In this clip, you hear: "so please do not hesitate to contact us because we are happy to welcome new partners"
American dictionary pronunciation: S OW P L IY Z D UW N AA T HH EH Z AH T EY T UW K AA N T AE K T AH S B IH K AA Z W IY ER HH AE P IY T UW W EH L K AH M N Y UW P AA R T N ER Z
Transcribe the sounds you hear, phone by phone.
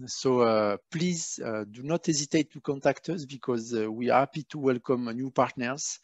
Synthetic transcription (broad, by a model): S OW P L IY Z D UW N AA T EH Z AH T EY T UW K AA N T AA K T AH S B IH K AA Z W IY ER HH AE P IY T UW W EH L K AH M N Y UW P AA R T N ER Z